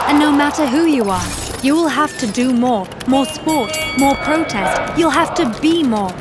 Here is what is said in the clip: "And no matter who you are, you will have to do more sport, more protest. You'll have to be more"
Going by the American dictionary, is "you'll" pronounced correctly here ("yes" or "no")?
yes